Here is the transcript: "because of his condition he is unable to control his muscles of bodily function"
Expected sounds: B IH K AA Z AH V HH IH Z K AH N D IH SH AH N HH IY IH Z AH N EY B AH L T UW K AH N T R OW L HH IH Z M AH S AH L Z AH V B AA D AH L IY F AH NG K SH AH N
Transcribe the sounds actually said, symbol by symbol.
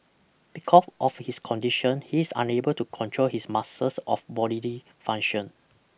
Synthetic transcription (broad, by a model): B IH K AA S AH F HH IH S K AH N D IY SH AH N HH IY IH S AH N EY B AH L T UW K AH N T R OW L HH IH S M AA S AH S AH F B AA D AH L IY F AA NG SH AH N